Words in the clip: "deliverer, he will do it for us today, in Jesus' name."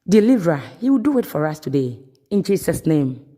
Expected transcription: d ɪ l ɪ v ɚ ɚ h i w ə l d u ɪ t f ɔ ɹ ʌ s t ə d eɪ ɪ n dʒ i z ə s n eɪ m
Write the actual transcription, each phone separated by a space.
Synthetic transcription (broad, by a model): d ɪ l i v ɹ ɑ h i w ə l d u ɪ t f ɔ ɹ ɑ s t ə d eɪ ɪ n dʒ i s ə s n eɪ m